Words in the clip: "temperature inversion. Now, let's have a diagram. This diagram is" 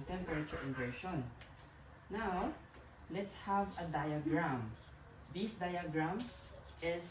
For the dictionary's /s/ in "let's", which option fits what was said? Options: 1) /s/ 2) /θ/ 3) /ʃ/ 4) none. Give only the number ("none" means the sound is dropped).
1